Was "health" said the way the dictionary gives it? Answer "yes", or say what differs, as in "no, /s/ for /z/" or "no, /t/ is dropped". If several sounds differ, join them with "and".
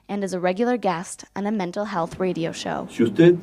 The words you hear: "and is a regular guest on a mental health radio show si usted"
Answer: yes